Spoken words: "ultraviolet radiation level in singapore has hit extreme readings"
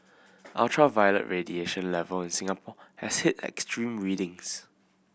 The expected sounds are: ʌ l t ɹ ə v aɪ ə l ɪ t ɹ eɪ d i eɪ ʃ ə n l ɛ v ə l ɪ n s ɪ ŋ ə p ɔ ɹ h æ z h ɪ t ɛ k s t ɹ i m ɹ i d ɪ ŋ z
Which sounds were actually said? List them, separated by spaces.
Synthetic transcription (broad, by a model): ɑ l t ɹ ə v aɪ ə l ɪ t ɹ eɪ d i eɪ ʃ ə n l ɛ v ə l ɪ n s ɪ ŋ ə p ɔ h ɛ s h ɪ t ɛ k s t ɹ i m ɹ i d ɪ ŋ s